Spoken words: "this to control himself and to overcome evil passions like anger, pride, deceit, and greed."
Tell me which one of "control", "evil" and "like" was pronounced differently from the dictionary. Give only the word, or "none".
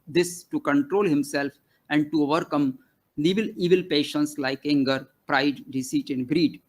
none